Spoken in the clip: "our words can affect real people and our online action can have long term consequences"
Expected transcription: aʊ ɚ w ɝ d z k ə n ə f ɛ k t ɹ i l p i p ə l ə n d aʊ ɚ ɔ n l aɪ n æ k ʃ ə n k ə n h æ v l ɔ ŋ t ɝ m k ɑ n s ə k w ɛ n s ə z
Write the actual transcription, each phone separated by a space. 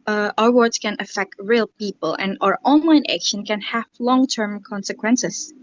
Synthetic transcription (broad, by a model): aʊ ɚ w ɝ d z k ə n ə f ɛ k t ɹ i l p i p ə l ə n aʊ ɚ ɔ n l aɪ n æ k ʃ ə n k ə n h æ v l ɔ ŋ t ɝ m k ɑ n s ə k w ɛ n s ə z